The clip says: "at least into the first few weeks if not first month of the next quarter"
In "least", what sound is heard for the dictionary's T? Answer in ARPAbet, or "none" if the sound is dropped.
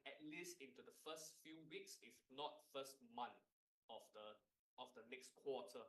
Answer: T